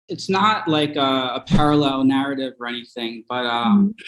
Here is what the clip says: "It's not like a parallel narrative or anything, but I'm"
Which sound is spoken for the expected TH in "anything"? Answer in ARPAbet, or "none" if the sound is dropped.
TH